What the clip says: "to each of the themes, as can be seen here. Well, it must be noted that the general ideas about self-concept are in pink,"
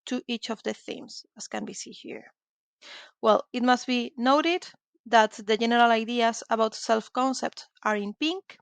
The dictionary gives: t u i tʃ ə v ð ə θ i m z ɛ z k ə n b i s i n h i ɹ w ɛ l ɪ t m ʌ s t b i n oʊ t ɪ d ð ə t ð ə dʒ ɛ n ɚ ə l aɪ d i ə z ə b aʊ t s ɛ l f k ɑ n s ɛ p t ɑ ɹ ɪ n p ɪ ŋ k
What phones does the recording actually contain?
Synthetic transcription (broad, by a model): t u i tʃ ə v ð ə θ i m s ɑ s k ə n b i s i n h i ɹ w ɛ l ɪ t m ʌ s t b i n oʊ t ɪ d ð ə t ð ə dʒ ɛ n ɚ ə l aɪ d i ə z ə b aʊ t s ɛ l f k ɑ n s ɛ p t ɑ ɹ ɪ n p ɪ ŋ k